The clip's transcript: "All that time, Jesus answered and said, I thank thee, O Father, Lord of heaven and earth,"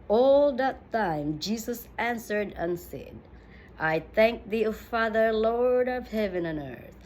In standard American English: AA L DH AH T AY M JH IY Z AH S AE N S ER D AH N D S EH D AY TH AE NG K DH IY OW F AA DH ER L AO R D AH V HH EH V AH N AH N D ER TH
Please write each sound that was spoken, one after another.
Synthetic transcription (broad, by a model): AA L DH AH T AY M JH IY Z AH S AE N S ER D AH N S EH D AY TH AE NG K DH IY OW F AA DH ER L AO R D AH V HH EH V AH N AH N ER TH